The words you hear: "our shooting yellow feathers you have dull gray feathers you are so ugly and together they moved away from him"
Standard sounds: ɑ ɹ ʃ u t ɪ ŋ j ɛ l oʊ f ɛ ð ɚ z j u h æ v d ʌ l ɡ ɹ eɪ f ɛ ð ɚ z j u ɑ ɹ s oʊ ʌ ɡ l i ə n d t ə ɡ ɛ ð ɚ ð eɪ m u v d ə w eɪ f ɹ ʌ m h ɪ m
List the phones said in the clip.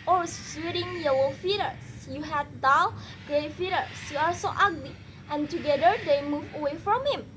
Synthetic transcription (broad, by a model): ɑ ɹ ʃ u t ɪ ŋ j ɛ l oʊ f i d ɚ s j u h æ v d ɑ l ɡ ɹ eɪ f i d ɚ s j u ɑ ɹ s oʊ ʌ ɡ l i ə n t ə ɡ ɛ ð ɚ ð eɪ m u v ə w eɪ f ɹ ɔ m h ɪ m